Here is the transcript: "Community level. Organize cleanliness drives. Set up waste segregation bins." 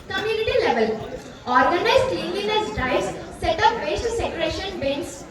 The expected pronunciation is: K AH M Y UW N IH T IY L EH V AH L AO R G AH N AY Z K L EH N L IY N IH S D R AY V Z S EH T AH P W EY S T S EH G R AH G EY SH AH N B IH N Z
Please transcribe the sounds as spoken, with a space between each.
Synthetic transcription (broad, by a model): K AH M Y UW N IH T IY L EH V AH L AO R G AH N AY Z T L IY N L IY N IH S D AY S S EH T AH P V EY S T S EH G R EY SH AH N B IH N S